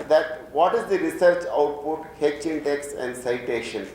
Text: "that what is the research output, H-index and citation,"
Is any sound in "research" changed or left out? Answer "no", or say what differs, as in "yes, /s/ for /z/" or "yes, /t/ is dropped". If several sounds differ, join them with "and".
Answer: no